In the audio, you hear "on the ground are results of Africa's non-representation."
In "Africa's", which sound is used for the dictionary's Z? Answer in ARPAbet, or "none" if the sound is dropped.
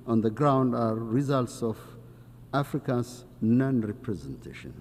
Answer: S